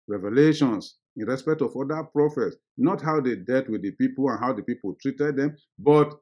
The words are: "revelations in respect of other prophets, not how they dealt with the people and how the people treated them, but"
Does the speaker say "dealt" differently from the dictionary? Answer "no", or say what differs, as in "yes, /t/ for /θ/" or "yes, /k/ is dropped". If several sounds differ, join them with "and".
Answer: yes, /l/ is dropped